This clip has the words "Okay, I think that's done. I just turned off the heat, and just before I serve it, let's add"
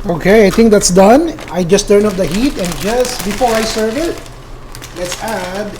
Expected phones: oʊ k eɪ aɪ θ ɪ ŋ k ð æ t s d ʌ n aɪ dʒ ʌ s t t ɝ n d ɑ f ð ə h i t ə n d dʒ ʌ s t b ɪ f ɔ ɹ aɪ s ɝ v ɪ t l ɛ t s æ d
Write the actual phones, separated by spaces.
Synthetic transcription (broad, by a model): oʊ k eɪ aɪ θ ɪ ŋ k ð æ t s d ʌ n aɪ dʒ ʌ s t t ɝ n ɑ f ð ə h i t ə n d dʒ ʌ s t b ɪ f ɔ ɹ aɪ s ɝ v ɪ t l ɛ t s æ d